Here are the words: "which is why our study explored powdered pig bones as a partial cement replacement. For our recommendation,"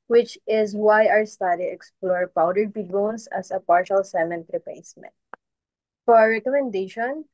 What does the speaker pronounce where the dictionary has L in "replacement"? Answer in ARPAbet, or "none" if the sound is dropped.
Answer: none